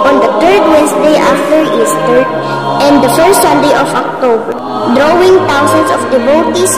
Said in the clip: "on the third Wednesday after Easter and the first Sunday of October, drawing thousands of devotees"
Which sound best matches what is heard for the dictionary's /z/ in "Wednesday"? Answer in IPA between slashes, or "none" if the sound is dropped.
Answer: /s/